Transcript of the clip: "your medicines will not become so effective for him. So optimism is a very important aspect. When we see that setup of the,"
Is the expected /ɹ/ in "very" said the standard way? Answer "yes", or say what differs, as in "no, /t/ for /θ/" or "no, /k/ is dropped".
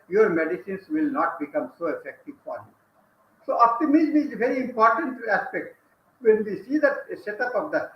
yes